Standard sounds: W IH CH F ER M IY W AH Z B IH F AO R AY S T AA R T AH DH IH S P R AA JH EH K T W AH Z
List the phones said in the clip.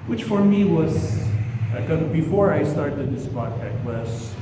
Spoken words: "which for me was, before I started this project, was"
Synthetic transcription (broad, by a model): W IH CH F ER M IY W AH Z B IH F AO R AY S T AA R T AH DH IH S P AA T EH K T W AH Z